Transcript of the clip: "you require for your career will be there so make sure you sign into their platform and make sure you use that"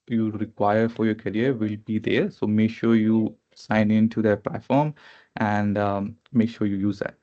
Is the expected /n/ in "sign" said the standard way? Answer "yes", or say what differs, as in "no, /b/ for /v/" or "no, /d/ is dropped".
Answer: yes